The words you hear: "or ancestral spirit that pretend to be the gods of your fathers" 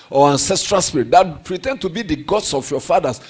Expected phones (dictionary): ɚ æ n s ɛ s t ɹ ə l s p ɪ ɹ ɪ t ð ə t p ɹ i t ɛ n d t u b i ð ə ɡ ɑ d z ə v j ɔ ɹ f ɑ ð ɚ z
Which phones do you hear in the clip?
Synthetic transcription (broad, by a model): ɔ æ n s ɛ s t ɹ ə l s p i ɹ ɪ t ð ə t p ɹ i t ɛ n d t u b i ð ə ɡ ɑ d s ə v j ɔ f ɑ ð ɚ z